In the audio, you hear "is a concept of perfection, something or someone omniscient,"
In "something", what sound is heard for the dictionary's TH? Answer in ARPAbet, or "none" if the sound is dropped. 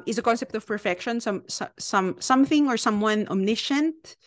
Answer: TH